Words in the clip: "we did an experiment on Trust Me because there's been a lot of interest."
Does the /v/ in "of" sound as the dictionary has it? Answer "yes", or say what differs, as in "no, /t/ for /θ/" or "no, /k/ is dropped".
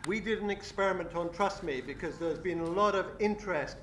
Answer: yes